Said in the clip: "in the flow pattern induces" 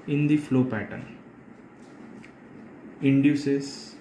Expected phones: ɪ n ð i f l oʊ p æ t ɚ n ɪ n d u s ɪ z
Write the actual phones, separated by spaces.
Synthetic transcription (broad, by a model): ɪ n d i f l oʊ p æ t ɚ n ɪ n d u s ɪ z